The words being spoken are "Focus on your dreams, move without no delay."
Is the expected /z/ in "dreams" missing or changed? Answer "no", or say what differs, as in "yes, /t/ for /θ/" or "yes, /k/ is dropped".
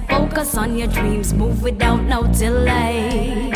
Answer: no